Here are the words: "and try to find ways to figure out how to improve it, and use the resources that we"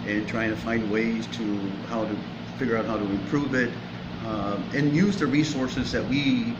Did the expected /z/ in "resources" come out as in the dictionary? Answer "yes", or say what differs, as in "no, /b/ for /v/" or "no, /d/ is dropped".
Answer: yes